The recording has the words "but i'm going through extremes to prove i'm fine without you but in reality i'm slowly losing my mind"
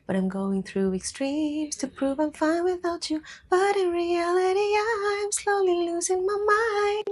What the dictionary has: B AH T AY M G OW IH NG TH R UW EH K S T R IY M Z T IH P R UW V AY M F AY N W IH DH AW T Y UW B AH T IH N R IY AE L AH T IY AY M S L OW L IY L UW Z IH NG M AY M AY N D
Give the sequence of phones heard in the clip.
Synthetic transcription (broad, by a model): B AH T AY M G OW IH NG TH R UW EH K S T R IY M Z T IH P R UW V AY M F AY N W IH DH AW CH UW B AH T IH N R IY AE L AH T IY AY M S L OW L IY L UW Z IH NG M AY M AY N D